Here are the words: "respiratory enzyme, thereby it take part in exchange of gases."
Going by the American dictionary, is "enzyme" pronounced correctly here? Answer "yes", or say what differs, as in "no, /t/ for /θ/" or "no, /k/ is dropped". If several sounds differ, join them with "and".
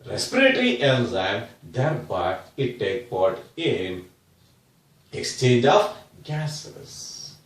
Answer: no, /l/ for /n/